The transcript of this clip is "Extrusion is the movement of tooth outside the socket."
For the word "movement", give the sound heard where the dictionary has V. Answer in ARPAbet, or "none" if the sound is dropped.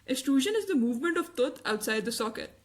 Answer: V